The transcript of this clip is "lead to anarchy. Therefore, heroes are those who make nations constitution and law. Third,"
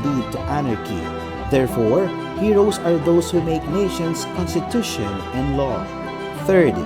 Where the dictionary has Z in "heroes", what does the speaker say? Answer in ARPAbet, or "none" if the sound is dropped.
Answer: S